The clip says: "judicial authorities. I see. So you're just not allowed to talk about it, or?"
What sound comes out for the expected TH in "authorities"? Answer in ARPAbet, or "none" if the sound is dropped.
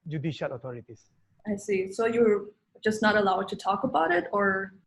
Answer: T